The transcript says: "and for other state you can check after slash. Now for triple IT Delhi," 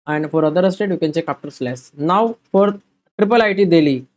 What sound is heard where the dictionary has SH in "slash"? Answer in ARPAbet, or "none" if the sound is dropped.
S